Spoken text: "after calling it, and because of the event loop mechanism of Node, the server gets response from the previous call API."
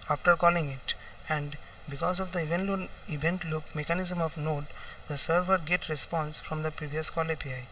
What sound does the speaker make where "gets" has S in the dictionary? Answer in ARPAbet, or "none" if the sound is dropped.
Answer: none